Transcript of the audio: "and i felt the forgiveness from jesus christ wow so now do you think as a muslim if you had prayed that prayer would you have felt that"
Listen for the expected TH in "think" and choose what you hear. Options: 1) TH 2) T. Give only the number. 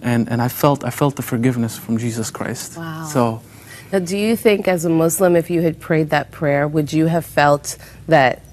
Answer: 1